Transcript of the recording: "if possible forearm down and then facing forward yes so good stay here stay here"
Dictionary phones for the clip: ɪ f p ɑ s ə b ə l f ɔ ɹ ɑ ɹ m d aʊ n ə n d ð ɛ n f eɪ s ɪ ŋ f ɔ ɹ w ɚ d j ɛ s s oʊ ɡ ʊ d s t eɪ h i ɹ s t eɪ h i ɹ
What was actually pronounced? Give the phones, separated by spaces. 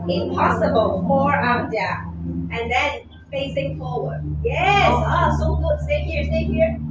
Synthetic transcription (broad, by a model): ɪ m p ɑ s ə b ə l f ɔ ɹ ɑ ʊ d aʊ ə n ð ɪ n f eɪ s ɪ ŋ f ɔ ɹ w ɚ d j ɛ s s oʊ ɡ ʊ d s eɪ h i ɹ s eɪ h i ɹ